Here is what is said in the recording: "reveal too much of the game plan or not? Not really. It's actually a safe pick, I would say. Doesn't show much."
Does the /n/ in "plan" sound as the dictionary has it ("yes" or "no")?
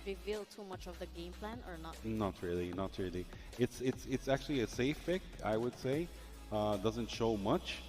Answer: yes